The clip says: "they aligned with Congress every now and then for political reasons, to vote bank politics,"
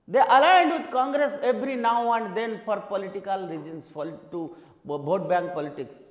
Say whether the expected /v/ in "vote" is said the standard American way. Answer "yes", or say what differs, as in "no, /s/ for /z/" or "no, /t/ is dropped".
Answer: no, /b/ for /v/